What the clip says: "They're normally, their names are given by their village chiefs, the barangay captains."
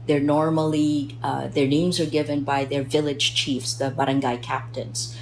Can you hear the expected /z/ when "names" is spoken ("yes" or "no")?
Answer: yes